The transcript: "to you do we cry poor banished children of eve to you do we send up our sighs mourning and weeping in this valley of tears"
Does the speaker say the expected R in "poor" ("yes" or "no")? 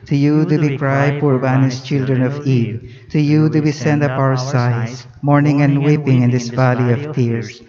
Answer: yes